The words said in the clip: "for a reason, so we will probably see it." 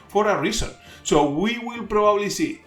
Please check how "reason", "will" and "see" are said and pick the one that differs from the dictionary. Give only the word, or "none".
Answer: reason